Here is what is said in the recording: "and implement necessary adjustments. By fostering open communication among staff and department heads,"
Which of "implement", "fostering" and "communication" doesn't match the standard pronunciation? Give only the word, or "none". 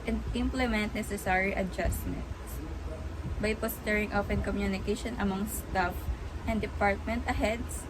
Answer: fostering